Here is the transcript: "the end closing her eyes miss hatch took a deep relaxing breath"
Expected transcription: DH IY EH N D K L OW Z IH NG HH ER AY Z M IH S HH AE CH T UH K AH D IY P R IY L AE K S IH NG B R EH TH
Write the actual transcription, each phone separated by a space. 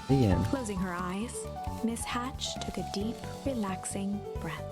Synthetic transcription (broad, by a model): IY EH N K L OW Z IH NG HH ER AY Z M IH S HH AE CH T UH K AH D IY P R IY L AE K S IH NG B R EH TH